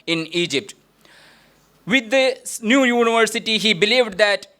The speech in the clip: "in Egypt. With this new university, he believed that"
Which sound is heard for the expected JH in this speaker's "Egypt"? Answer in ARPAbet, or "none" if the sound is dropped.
JH